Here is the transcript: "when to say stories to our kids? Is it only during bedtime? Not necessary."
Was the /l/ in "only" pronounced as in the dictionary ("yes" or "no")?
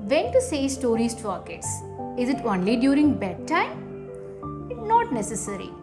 yes